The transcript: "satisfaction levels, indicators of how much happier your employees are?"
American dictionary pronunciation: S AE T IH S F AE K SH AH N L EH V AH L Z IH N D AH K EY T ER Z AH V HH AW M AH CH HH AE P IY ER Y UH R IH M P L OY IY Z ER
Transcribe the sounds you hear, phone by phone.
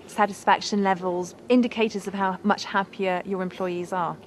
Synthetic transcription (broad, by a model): S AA T IH S F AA K SH AH N L EH V AH L Z IH N D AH K EY T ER Z AH V HH AW M AH CH HH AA P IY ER Y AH R IH M P L OY IY Z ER